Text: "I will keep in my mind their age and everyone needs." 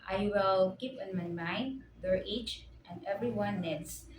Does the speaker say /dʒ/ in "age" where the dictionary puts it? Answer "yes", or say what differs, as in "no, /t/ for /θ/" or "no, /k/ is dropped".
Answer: no, /tʃ/ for /dʒ/